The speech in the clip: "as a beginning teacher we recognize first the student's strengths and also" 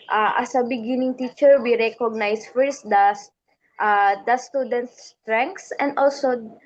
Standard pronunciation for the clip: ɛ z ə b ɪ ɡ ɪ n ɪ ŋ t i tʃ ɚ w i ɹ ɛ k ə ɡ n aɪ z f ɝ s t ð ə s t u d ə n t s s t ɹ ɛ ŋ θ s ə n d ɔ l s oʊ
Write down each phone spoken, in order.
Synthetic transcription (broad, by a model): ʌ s ə b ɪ ɡ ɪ n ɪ ŋ t i tʃ ɚ w i ɹ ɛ k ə ɡ n aɪ s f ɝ s t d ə s t u d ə n t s s t ɹ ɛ ŋ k s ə n d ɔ l s oʊ